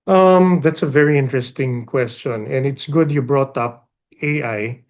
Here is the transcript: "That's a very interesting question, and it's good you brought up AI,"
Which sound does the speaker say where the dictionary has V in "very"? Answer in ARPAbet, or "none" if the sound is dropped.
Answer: V